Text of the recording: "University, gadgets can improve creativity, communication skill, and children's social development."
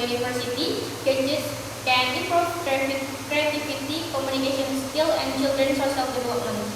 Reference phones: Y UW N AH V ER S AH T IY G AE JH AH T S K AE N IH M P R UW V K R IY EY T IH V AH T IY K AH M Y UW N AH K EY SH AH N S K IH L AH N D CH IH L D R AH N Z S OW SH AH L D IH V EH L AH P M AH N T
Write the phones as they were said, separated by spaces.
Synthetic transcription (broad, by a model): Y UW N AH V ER S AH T IY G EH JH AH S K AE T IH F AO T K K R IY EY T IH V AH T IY K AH M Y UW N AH K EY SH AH N S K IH L AH N D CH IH L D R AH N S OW S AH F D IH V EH L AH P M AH N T